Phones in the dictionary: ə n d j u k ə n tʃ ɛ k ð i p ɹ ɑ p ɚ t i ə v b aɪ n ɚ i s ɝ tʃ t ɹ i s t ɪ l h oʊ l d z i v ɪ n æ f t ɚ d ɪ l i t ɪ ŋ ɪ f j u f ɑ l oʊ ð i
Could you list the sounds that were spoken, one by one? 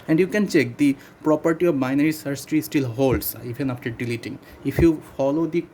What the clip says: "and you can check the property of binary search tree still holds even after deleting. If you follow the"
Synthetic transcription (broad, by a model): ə n d j u k ə n tʃ ɛ k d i p ɹ ɑ p ɚ t i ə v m aɪ n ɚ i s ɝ s t ɹ i s t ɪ l h oʊ l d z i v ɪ n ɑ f t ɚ d ɪ l i t ɪ ŋ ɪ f j u f ɑ l oʊ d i